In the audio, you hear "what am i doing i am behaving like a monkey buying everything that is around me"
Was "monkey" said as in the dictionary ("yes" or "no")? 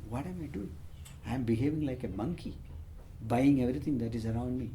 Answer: yes